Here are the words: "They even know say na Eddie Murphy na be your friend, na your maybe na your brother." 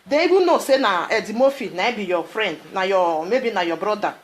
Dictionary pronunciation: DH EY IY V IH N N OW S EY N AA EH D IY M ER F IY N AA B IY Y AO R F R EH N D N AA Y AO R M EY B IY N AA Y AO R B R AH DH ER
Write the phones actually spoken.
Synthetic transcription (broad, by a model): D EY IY B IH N N OW S EY N AA EH D IY M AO F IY N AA B IY Y AO F R EH N D N AA Y AO M EY B IY N AA Y AO B R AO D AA